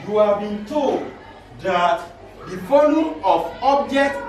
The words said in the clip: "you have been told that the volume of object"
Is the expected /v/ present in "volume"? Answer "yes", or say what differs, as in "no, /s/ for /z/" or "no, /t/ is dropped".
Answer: no, /f/ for /v/